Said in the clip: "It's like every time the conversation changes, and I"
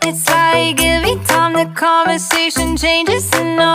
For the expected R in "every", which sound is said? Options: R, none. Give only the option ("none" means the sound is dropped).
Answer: none